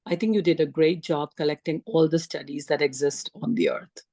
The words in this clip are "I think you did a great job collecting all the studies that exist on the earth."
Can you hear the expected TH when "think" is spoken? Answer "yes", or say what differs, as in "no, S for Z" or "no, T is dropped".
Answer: no, T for TH